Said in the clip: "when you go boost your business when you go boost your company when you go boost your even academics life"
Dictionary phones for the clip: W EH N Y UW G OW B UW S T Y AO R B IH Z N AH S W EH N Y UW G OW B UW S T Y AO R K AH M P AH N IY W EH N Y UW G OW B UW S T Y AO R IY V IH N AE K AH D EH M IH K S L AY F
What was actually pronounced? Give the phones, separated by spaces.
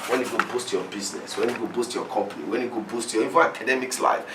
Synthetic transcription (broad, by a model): W EH N Y UW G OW B UW S T Y AO B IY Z N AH S W EH N Y UW G OW B UW S T Y AO K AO M P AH N IY W EH N Y UW G OW B UW S T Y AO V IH AA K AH D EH M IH K S L AY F